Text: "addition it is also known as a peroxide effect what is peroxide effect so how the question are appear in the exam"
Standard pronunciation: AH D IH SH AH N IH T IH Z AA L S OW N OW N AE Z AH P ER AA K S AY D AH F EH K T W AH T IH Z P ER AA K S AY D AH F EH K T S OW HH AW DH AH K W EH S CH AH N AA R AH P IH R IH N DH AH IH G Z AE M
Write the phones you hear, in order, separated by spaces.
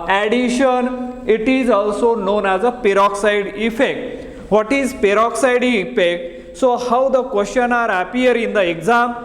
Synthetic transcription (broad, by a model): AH D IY SH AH N IH T IH Z AA L S OW N OW N AE Z AH P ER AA K S AY D AH F EH K T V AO T IH Z P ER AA K S AY D AH F EH K T S OW HH AW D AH K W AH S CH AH N AA R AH P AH R IH N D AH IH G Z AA M